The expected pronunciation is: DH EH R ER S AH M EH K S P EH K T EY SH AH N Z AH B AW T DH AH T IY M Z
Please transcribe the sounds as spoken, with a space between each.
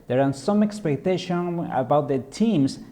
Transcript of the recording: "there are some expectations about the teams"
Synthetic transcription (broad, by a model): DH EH R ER S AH M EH K S P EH K T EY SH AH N AH B AW T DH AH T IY M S